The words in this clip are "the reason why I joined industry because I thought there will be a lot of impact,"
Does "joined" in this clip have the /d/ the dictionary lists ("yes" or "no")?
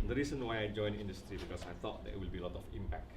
no